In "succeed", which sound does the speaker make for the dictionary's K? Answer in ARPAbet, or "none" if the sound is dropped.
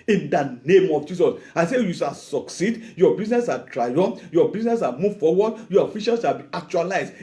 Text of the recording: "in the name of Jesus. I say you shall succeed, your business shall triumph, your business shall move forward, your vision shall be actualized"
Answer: K